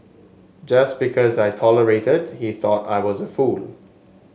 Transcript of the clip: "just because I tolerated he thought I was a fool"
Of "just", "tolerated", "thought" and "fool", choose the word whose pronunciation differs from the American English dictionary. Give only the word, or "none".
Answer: none